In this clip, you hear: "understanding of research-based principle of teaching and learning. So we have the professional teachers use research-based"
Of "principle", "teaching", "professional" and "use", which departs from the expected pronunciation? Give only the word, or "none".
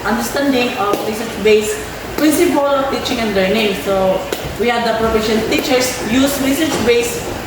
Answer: professional